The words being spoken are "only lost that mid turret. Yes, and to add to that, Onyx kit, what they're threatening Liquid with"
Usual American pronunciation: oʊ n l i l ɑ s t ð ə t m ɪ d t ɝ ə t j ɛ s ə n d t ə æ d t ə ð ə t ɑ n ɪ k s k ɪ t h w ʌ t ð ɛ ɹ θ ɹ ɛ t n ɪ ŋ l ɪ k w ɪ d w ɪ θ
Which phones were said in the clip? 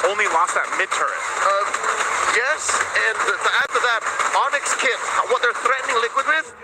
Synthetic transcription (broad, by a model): oʊ n l i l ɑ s ð ə t m ɪ d t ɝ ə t j ɛ s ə n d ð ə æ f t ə ð ə t ɑ n ɪ k s k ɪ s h w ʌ t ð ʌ ɹ θ ɹ ɛ t n ɪ ŋ l ɪ k w ɪ d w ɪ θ